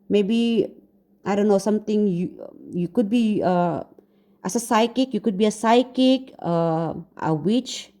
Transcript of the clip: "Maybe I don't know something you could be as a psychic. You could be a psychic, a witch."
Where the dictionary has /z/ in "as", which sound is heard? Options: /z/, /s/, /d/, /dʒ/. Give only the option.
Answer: /s/